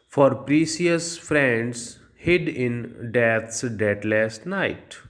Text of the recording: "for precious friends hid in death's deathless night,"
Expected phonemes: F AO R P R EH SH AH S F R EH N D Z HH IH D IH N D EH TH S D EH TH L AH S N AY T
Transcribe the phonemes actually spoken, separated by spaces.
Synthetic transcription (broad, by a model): F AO R P R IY S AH S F R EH N D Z HH IH D IH N D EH T S D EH T L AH S N AY T